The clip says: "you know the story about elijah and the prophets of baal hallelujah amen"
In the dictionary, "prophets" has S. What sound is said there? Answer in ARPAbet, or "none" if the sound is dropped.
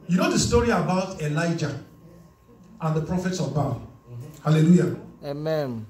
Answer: S